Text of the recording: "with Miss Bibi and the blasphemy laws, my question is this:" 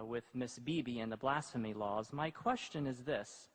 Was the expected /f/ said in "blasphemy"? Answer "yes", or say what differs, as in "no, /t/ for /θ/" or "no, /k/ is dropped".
yes